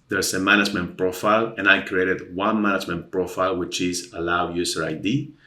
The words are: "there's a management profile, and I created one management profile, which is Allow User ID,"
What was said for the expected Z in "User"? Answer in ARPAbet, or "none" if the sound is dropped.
S